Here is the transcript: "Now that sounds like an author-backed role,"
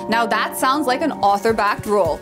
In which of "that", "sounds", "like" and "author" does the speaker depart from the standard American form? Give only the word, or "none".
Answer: none